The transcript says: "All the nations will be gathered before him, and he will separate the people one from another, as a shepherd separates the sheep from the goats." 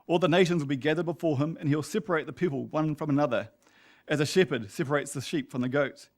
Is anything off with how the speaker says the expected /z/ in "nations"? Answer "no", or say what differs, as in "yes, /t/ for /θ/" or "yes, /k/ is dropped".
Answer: no